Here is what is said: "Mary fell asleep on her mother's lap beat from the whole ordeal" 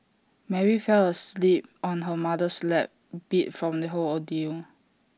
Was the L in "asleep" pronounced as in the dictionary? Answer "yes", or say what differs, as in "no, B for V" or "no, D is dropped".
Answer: yes